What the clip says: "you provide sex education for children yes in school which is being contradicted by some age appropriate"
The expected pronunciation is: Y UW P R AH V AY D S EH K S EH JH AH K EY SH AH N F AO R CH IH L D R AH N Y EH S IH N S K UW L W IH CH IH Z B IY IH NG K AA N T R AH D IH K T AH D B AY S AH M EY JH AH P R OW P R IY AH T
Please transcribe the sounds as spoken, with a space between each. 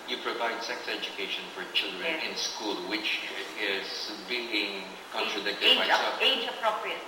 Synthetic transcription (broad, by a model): Y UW P R AH V AY D S EH K S EH JH AH K EY SH AH N F AO R CH IH L D R AH N IH N S K UW L W IH CH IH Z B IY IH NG K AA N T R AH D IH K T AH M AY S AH EY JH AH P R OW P R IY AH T